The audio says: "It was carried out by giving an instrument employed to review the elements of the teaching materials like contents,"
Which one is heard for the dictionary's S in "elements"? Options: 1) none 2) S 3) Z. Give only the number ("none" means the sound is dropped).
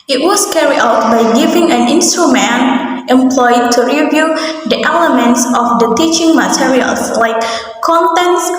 2